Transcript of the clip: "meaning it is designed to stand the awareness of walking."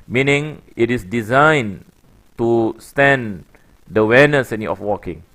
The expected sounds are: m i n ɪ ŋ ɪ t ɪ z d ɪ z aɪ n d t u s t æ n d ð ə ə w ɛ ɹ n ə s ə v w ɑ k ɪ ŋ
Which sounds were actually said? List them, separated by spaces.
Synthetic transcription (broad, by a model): m i n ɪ ŋ ɪ t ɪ s d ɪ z aɪ n t u s t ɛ n d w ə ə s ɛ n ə ə f w ɑ k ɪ ŋ